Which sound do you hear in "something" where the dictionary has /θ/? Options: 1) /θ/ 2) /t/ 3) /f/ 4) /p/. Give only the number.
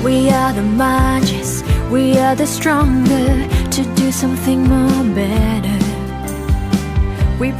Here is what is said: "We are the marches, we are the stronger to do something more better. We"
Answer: 1